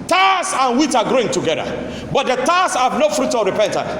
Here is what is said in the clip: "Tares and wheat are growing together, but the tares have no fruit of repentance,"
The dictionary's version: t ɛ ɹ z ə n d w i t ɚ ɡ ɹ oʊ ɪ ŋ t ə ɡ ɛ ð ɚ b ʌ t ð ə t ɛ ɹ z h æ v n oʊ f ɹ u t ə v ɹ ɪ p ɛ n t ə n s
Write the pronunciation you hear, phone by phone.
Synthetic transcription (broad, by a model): t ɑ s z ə n w i t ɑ ɡ ɹ oʊ ɪ ŋ t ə ɡ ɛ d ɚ b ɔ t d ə t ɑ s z h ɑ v n oʊ f ɹ u t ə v ɹ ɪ p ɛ n t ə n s